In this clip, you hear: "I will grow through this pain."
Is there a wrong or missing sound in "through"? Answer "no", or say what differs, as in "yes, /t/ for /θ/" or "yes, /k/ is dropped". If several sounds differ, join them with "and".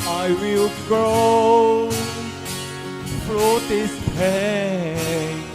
yes, /f/ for /θ/